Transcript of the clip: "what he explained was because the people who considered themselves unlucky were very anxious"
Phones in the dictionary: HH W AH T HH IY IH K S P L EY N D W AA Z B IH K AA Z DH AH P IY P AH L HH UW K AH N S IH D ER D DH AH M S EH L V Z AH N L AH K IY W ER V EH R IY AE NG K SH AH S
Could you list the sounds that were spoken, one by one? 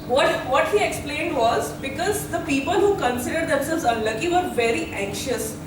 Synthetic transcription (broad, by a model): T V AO T HH IY IH K S P L EY N D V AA Z B IH K AA Z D AH P IY P AH L HH UW K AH N S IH D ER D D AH M S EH L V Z AH N L AH K IY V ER V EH R IY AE NG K SH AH S